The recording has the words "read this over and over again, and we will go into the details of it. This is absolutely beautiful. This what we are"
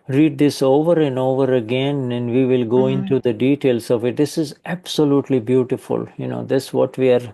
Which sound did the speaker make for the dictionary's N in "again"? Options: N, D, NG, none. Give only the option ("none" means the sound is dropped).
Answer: N